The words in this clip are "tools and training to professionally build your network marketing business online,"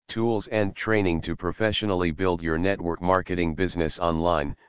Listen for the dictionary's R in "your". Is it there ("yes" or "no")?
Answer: yes